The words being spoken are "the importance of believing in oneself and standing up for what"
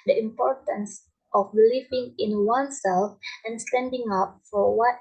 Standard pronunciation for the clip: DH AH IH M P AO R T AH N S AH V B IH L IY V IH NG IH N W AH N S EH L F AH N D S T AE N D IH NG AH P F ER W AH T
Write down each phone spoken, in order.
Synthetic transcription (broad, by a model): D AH IH M P AO R T AH N S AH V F L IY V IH NG IH N W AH N S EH L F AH N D S T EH N D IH NG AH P F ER W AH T